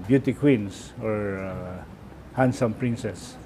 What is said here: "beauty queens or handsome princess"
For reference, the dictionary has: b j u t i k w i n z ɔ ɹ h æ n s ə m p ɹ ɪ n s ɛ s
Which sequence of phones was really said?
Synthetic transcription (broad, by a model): b j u t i k w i n s ɔ ɹ h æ n s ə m p ɹ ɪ n s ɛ s